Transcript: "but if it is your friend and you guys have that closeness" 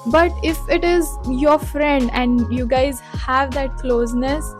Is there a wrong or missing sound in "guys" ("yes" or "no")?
no